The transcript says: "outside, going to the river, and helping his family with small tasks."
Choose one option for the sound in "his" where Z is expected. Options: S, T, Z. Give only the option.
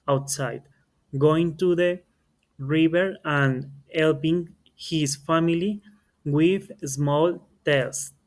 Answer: S